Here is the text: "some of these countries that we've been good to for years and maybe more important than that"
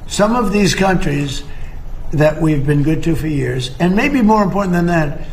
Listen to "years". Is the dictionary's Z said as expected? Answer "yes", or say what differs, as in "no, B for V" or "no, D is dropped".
yes